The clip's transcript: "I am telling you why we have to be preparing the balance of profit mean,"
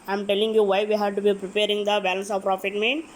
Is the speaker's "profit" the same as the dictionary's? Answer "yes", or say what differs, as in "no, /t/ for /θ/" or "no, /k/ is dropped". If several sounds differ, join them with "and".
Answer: yes